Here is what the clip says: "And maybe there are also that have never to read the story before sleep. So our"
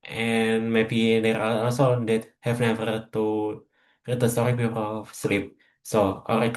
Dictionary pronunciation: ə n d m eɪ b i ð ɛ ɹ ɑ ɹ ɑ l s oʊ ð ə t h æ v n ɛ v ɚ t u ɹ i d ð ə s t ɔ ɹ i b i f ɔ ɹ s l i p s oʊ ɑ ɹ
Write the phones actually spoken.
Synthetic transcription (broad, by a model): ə n m eɪ b i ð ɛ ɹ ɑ l ɑ l s oʊ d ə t h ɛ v n ɛ v ɚ t u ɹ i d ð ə s t ɔ ɹ i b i p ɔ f s l i p s oʊ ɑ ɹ